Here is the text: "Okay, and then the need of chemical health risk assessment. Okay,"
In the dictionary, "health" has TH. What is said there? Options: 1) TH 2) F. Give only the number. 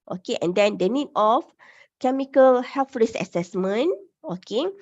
2